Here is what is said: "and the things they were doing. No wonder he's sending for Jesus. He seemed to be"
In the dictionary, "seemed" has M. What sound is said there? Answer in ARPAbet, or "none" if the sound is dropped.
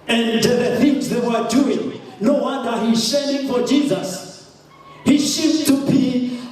none